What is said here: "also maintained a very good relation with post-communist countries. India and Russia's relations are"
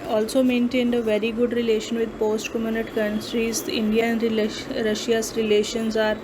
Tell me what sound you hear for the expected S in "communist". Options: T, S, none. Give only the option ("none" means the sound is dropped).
none